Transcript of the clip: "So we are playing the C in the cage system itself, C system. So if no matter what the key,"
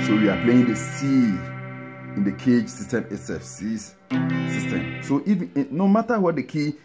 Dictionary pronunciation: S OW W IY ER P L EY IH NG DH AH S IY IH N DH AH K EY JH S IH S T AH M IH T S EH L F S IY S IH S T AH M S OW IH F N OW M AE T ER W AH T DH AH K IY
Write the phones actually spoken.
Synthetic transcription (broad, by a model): S OW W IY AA P L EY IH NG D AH S IY IH N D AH K EY JH S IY S T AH M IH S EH F S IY S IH S T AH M S OW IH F N OW M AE T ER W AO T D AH K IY